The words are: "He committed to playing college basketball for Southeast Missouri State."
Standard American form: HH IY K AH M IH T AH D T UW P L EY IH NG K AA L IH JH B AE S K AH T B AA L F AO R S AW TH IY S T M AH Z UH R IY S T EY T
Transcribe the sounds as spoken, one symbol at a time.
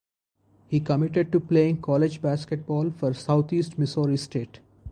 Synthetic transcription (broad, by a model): HH IY K AH M IH T AH D T UW P L EY IH NG K AA L IH JH B AE S K AH T B AA L F AO R S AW T IY S T M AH S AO R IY S T EY T